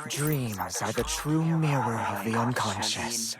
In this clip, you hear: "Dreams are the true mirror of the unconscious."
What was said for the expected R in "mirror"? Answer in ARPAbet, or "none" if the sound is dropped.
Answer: R